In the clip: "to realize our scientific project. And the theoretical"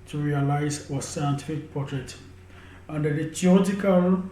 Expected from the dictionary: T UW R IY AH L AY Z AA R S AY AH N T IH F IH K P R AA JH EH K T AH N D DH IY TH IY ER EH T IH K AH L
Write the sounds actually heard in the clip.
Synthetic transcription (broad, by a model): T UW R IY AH L AY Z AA S AY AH N T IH F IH K P AA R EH T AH N D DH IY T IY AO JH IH K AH L